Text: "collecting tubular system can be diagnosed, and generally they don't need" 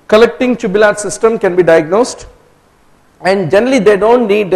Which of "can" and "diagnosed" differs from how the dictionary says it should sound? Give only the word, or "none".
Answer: none